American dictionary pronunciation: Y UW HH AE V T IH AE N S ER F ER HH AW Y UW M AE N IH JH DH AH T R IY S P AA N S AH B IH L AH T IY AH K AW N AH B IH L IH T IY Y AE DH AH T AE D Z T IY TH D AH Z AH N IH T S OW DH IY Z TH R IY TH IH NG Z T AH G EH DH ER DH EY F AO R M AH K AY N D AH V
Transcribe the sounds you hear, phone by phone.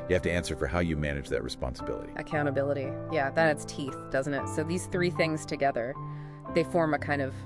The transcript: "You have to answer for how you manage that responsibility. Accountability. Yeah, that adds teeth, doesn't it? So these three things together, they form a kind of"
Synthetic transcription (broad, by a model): Y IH HH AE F T IH AE N S ER F ER HH AW Y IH M AE N IH JH DH AH T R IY S P AA N S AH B IH L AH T IY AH K AW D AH B IH L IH T IY Y AE DH AH T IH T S T IY TH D AH Z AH N IH T S OW DH IY Z TH R IY TH IH NG Z T AH G EH DH ER DH EY F AO R M AH K AY N D AH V